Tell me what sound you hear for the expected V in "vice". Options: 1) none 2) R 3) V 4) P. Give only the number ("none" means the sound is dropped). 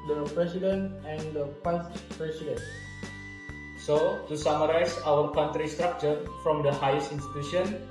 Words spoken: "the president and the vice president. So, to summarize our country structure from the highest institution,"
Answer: 4